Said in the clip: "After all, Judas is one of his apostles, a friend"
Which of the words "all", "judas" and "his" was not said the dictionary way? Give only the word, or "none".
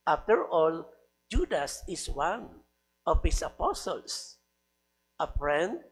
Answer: his